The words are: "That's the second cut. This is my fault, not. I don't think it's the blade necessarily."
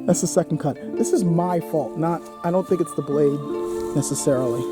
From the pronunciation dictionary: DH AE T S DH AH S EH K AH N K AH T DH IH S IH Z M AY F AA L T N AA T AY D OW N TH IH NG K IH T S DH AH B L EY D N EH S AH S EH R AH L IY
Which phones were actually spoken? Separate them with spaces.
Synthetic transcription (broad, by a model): DH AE T S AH S EH K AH N K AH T DH IH S IH Z M AY F AA L T N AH T AY D OW N TH IH NG K IH T S DH AH B L EY D N EH S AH S EH R L IY